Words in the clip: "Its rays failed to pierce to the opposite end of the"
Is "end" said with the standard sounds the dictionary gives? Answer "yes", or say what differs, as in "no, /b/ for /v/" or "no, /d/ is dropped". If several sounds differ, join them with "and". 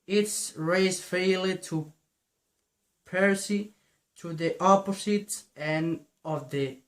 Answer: no, /d/ is dropped